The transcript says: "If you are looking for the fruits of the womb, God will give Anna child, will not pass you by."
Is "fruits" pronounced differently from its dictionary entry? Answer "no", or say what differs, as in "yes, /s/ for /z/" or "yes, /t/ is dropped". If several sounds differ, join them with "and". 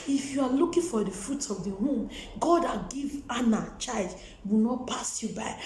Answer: yes, /s/ is dropped